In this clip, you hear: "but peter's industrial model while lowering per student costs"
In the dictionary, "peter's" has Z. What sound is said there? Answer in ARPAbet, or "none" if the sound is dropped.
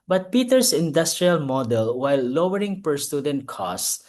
S